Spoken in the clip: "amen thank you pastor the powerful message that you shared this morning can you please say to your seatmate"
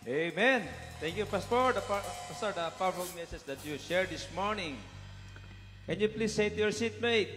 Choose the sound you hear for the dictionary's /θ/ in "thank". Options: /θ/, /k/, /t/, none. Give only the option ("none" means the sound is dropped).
/t/